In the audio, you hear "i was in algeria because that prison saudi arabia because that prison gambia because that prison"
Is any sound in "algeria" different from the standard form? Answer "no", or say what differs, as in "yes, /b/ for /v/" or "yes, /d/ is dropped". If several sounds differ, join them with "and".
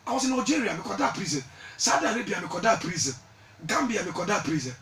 yes, /l/ is dropped